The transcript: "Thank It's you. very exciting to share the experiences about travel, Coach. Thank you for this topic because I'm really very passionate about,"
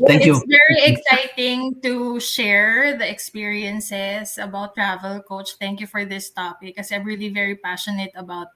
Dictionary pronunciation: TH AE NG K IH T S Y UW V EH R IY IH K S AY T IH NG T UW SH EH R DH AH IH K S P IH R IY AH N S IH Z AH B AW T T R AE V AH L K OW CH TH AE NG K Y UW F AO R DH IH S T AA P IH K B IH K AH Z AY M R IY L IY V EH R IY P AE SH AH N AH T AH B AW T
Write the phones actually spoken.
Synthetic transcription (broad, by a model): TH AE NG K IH Y UW V EH R IY IH K S AY T IH NG T UW SH EH R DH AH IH K S P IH R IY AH N S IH S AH B AW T T R AE V AH L K OW CH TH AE NG K Y UW F AO R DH IH S T AA P IH K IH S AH AY M R IY L IY V EH R IY P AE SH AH N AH T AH B AW T